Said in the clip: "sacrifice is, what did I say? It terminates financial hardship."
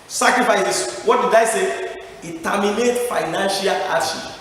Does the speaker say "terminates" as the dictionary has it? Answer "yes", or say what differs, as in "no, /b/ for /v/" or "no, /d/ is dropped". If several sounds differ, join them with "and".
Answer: no, /s/ is dropped